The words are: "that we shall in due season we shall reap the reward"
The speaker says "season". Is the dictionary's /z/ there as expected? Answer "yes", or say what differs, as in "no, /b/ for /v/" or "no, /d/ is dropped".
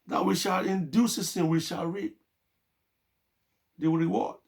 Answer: no, /s/ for /z/